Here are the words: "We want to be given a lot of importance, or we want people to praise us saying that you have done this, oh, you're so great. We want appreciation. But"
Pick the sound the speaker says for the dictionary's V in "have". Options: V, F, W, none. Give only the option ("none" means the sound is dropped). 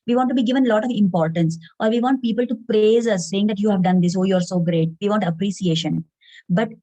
V